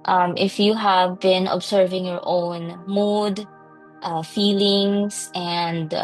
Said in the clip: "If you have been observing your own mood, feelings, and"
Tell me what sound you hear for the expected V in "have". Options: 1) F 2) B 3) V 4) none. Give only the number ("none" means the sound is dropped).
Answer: 3